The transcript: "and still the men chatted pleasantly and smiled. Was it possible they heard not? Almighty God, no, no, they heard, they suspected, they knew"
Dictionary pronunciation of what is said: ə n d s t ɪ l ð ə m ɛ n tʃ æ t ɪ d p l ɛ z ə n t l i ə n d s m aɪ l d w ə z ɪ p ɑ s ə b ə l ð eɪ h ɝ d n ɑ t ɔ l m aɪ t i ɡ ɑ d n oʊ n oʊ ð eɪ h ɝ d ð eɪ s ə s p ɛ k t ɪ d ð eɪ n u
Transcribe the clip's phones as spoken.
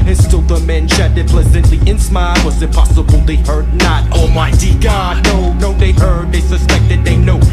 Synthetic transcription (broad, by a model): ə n s t ɪ l ð ə m ɛ n ʃ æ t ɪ p l ɛ z ə n t l i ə n s m aɪ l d w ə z ɪ p ɑ s ə b ə l ð eɪ h ɝ d n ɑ t ɔ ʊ m aɪ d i ɡ ɑ d n oʊ n oʊ ð eɪ h ɝ d ð eɪ s ə s p ɛ k t ɪ d ð eɪ n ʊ